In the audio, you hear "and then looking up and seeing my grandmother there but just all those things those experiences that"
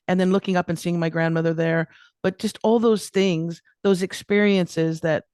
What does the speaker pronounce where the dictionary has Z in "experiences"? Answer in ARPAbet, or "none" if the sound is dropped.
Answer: Z